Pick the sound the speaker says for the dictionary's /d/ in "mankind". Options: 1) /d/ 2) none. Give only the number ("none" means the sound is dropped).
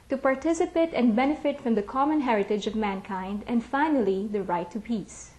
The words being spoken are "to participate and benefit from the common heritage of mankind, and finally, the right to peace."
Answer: 1